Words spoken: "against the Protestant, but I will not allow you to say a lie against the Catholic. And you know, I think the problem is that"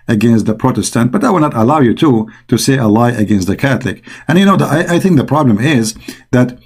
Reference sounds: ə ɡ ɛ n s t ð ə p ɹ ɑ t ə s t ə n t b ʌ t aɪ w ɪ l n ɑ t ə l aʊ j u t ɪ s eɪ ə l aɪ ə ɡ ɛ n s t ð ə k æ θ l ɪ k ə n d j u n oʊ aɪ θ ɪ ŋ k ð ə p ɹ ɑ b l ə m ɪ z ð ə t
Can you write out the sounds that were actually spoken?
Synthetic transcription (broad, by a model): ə ɡ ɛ n s t ð ə p ɹ ɑ t ə s t ə n t b ʌ t aɪ w ɪ l n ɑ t ə l aʊ j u t ɪ s eɪ ə l aɪ ə ɡ ɛ n s t ð ə k æ θ l ɪ k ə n j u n oʊ aɪ θ ɪ ŋ k ð ə p ɹ ɑ b l ə m ɪ z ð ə t